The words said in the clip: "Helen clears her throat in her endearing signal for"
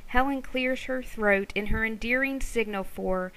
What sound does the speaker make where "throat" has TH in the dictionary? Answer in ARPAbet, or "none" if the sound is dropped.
TH